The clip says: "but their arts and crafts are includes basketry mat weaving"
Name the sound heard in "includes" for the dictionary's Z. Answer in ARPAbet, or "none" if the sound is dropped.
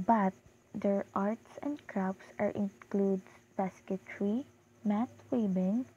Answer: none